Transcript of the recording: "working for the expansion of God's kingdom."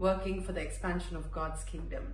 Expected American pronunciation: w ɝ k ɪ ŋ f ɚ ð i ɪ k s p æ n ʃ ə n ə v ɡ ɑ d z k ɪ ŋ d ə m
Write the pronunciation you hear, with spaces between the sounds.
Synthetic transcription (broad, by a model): w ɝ k ɪ ŋ f ɚ ð i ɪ k s p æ n ʃ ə n ə v ɡ ɑ d z k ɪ ŋ d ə m